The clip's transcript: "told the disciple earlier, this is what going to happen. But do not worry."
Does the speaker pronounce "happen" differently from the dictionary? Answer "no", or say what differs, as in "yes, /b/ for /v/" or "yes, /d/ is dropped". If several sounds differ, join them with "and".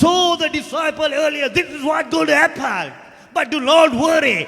yes, /l/ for /n/